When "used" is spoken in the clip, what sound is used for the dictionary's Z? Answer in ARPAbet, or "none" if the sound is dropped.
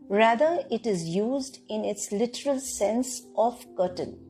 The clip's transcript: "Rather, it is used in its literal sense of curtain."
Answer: Z